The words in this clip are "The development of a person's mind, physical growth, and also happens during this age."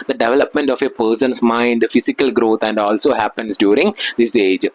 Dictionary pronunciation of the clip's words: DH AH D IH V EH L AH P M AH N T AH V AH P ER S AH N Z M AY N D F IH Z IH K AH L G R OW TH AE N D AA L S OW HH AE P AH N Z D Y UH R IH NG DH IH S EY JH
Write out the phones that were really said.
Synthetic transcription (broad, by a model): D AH D IH V EH L AH P M AH N T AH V AH P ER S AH N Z M AY N D F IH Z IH K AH L G R OW T AE N D AA L S OW HH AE P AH N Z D Y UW R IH NG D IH S EY JH